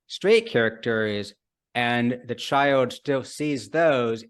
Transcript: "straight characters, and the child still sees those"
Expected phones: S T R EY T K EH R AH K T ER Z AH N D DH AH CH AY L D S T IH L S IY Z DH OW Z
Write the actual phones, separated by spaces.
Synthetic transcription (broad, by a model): S T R EY T K EH R AH K T ER Z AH N DH AH CH AY L D S T IH L S IY Z DH OW Z